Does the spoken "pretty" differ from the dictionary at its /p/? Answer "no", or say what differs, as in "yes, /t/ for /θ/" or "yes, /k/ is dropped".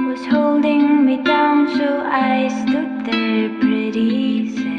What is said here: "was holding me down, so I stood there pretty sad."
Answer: yes, /b/ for /p/